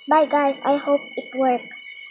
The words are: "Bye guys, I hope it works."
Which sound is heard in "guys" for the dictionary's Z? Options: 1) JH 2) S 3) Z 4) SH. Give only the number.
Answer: 2